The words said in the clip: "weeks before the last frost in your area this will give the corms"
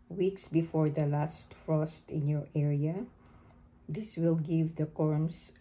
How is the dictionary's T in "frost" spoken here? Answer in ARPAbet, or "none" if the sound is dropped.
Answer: T